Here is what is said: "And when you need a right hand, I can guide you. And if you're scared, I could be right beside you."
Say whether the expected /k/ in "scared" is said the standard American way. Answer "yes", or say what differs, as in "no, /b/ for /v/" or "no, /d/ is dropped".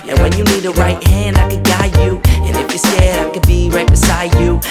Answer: no, /k/ is dropped